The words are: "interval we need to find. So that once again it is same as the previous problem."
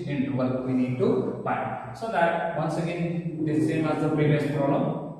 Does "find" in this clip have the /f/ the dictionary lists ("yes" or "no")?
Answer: no